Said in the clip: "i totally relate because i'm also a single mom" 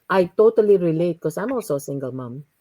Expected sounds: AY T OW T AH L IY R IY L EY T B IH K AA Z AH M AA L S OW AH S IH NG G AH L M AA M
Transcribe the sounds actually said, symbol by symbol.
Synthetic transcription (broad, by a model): AY T OW T AH L IY R IY L EY T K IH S AA AH M AA L S OW AH S IH NG G AH L M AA M